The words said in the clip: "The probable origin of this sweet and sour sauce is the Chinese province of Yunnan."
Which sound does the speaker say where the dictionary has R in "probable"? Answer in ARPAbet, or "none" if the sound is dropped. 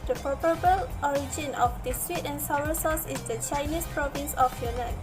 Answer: none